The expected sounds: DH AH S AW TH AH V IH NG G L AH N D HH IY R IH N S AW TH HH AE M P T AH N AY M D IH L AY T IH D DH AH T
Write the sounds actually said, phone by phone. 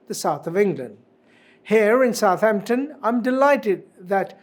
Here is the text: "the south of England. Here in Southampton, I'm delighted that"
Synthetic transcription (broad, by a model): DH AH S AW TH AH V IH NG G L AH N D HH IY R IH N S AW TH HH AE M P T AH N AY M D IH L AY T IH D DH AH T